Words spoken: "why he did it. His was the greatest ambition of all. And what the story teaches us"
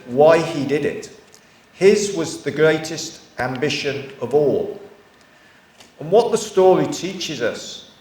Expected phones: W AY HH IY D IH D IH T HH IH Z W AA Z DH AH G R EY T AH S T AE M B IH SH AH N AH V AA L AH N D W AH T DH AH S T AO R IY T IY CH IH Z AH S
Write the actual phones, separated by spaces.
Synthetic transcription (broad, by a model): W AY IY D IH D IH T HH IH Z W AA Z DH AH G R EY T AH S T AE M B IH SH AH N AH V AA L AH N W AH T DH AH S T AO R IY T IY CH IH Z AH S